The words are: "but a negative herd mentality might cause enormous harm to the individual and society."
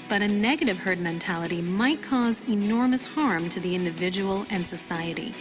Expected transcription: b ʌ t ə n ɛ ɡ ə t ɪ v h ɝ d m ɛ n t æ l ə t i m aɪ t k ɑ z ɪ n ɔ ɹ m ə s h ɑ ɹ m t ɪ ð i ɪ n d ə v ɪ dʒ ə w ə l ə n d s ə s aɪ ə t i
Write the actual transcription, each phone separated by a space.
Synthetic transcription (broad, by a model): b ʌ t ə n ɛ ɡ ə t ɪ v h ɝ d m ɛ n t æ l ə t i m aɪ t k ɑ z ɪ n ɔ ɹ m ə s h ɑ ɹ m t ɪ ð i ɪ n d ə v ɪ dʒ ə w l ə n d s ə s aɪ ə t i